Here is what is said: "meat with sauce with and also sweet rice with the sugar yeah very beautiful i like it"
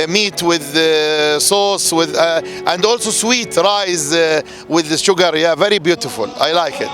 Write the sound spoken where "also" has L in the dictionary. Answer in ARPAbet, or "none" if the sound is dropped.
L